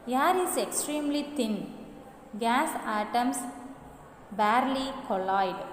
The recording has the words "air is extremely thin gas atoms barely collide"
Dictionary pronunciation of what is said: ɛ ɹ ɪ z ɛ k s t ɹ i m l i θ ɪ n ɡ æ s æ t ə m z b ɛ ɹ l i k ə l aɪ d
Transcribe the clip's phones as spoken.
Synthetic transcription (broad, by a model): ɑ ɹ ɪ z ɛ k s t ɹ i m l i t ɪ n ɡ æ s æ t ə m s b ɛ ɹ l i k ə l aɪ d